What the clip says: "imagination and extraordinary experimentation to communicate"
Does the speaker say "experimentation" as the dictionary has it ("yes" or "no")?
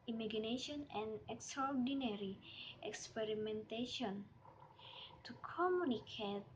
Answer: yes